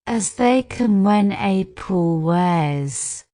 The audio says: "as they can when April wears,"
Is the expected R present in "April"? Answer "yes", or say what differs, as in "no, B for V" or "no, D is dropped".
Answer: no, R is dropped